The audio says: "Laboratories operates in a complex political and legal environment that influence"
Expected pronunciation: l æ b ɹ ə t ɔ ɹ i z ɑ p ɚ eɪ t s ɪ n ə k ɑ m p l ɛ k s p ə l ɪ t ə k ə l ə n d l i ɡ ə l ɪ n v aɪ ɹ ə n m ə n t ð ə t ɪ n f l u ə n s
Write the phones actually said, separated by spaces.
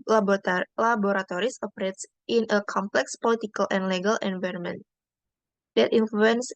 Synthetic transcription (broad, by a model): l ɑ b ɹ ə t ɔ ɹ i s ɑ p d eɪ t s ɪ n ə k ɑ m p l ɛ k s p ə l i t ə k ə l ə n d l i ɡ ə l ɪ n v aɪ ɹ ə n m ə n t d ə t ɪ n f l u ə n s